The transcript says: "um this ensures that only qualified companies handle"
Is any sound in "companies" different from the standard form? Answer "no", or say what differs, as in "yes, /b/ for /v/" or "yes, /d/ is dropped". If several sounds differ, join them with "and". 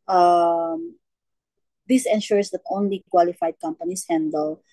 yes, /s/ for /z/